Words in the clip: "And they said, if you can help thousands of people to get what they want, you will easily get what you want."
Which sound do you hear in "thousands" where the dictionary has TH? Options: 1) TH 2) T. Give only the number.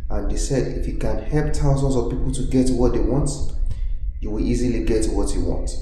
2